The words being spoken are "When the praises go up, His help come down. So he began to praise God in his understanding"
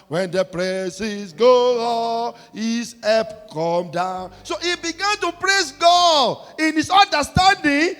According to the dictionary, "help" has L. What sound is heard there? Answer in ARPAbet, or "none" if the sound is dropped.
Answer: none